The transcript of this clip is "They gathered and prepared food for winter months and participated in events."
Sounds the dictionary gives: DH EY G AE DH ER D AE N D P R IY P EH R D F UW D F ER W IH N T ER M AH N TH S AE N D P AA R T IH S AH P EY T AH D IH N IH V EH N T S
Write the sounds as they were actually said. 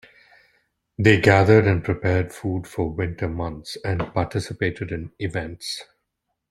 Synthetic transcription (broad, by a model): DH EY G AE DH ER D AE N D P R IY P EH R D F UW D F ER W IH N T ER M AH N T S AE N D P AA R T IH S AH P EY T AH D IH N IH V EH N T S